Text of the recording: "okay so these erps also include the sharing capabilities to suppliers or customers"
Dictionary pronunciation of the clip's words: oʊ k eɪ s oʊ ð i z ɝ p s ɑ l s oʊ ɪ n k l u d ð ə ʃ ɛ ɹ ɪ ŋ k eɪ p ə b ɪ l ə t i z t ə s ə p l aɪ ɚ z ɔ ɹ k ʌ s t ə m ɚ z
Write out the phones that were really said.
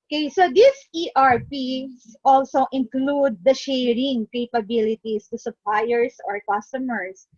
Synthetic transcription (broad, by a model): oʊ k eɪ s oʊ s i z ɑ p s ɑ l s oʊ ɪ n k l u d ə ʃ ɛ ɹ ɪ ŋ k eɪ p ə b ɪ l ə t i s t ə s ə p l aɪ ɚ s ɔ ɹ k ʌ s t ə m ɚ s